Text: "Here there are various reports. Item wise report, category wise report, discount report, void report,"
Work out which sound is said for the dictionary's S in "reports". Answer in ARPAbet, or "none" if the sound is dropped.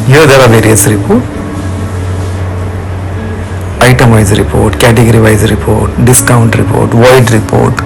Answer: none